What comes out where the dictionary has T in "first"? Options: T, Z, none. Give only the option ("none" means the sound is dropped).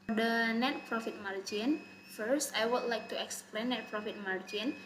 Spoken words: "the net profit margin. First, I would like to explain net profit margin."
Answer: T